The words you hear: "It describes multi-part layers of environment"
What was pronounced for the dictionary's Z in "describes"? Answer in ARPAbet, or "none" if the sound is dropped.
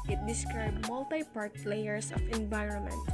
none